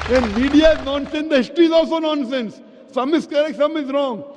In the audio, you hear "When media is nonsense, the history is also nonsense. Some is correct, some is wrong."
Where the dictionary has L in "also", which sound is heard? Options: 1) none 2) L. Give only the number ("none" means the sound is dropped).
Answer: 2